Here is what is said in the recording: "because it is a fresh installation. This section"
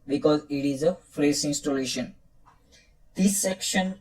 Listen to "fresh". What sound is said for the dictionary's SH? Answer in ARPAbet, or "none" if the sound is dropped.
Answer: S